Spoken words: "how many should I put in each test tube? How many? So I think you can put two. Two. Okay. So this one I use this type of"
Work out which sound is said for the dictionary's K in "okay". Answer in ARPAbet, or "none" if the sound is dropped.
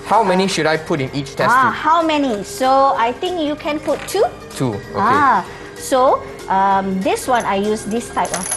none